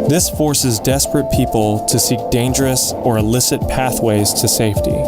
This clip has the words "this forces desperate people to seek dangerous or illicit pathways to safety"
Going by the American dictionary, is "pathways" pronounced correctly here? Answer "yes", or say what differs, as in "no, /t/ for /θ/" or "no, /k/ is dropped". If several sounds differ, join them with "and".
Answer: yes